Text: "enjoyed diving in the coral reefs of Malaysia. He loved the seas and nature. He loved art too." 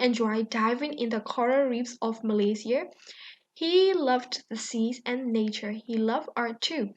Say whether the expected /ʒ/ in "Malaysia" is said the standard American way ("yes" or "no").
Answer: no